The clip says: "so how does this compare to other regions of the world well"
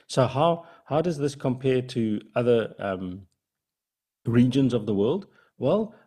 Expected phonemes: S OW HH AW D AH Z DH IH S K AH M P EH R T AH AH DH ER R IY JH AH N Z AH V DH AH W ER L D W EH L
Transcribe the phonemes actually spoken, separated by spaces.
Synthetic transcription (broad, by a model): S OW HH AW D AH Z DH IH S K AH M P EH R T AH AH DH ER R IY JH AH N Z AH V DH AH W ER L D W EH L